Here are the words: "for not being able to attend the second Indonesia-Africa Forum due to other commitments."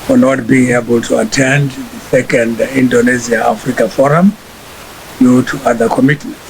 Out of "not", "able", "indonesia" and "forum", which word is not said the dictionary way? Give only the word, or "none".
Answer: indonesia